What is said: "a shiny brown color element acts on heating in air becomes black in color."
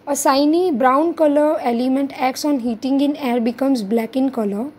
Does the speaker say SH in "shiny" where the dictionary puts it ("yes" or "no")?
no